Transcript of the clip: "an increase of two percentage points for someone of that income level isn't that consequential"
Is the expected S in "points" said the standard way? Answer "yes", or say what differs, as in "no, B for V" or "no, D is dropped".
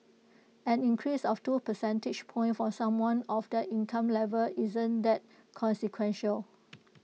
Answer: no, S is dropped